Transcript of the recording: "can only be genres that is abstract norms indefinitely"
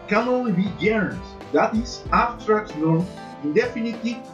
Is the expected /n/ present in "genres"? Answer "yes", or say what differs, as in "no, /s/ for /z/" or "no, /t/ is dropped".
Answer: no, /n/ is dropped